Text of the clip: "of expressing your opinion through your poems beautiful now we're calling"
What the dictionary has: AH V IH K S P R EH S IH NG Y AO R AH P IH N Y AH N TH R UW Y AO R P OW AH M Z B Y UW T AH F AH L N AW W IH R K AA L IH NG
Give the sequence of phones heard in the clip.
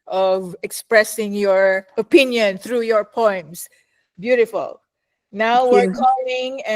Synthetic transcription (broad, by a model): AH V IH K S P R EH S IH NG Y AO R AH P IH N Y AH N TH R UW Y AO R P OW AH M S B Y UW T AH F AH L N AW W IH R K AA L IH NG